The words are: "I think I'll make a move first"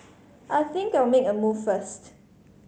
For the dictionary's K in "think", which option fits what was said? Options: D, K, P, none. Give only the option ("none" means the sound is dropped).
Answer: K